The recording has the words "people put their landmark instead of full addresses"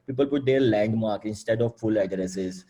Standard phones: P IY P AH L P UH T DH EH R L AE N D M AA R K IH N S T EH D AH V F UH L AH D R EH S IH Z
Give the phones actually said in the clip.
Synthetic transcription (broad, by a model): P IY P AH L P UH T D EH R L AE N D M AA R K IH N S T EH D AH V F UH L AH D R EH S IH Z